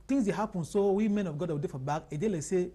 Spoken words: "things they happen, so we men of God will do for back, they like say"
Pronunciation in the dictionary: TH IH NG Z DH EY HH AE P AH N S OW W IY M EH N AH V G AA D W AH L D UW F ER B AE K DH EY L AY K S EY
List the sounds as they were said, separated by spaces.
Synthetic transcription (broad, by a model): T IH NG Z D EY HH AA P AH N S OW W IY M EH N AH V G AA D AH W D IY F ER B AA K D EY L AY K S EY